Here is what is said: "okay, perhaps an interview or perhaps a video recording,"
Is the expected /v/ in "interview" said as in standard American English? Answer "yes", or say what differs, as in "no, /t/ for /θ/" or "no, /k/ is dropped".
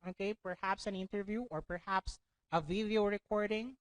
yes